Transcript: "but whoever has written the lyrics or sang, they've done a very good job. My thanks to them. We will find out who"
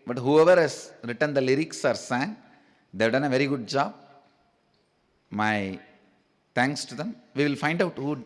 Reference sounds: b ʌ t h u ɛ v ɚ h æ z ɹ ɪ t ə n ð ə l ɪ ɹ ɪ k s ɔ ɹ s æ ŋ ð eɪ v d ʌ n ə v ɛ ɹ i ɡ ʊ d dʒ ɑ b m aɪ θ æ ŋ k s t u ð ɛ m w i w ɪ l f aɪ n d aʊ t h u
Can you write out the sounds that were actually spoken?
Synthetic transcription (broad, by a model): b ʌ t h u ɛ v ɚ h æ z ɹ ɪ t ə n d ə l ɪ ɹ ɪ k s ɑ ɹ s æ ŋ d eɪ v d ʌ n ə v ɛ ɹ i ɡ ʊ d dʒ ɑ b m aɪ t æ ŋ k s t u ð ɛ m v i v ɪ l f aɪ n d aʊ t h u